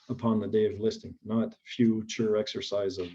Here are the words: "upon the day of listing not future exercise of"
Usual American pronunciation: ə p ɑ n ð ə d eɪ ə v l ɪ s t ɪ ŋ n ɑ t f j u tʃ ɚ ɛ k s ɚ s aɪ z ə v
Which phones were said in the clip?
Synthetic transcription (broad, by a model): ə p ɑ n ð ə d eɪ ə v l ɪ s t ɪ ŋ n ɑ t f j u tʃ ɚ ɛ k s ɚ s aɪ z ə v